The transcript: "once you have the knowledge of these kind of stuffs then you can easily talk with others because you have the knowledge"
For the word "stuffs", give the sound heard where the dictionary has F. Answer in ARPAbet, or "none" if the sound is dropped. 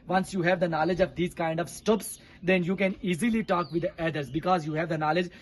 P